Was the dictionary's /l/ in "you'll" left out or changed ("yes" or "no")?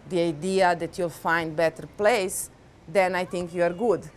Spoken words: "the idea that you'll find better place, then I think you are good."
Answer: no